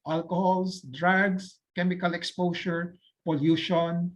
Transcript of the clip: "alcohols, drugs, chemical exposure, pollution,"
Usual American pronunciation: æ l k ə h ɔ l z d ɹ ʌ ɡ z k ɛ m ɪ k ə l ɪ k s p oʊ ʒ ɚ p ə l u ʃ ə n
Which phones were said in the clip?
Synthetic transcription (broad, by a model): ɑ l k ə h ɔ l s d ɹ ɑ ɡ s k ɛ m ɪ k ə l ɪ k s p oʊ ʃ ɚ p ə l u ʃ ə n